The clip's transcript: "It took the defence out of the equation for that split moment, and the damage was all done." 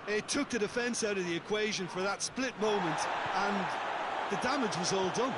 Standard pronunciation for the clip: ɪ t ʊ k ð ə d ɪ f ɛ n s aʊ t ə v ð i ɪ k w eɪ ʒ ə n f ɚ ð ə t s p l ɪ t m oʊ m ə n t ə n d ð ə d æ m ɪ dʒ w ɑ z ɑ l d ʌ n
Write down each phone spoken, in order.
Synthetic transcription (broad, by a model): ɪ t ʊ k ð ə d ɪ f ɛ n s aʊ t ə v ð i ɪ k w eɪ ʒ ə n f ɚ ð ə t s p l ɪ t m oʊ m ə n t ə n ð ə d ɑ m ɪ dʒ w ɑ z ɑ l d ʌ n